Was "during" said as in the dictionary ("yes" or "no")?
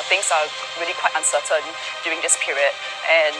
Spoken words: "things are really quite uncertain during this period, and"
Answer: no